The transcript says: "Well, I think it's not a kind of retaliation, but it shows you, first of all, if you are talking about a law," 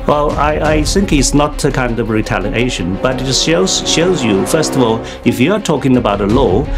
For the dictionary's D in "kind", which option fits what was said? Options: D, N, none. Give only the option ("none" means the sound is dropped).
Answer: D